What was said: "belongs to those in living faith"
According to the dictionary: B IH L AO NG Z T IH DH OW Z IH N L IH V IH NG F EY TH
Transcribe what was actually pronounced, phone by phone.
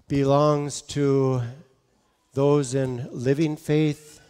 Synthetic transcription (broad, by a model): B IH L AO NG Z T IH DH OW Z IH N L IH V IH NG F EY TH